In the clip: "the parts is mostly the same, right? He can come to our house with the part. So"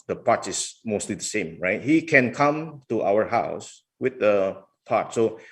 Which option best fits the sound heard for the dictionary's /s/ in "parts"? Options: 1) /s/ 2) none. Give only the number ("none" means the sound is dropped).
2